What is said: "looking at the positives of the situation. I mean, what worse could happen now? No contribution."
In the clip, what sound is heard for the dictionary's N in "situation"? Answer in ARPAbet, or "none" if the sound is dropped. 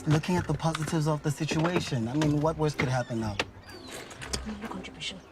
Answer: N